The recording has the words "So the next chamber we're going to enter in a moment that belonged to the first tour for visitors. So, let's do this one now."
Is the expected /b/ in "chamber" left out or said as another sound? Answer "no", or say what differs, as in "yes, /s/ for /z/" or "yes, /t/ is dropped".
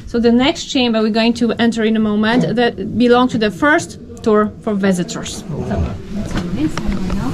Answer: no